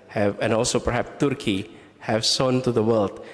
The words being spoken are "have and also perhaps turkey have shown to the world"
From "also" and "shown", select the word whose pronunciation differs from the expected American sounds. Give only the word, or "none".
shown